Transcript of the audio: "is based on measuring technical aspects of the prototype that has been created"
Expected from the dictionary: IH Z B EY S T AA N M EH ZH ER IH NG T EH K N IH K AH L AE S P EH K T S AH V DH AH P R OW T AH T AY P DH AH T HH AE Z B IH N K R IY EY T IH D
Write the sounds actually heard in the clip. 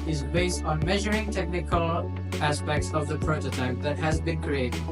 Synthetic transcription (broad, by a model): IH Z B EY S T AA N M EH ZH ER IH NG T EH K N IH K AH L AE S P EH K T S AH V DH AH P R OW T AH T AY P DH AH T HH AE Z B IH N K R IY EY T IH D